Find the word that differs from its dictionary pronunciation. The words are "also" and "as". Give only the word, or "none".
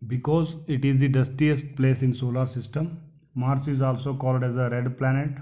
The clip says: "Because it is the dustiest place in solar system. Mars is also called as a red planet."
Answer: none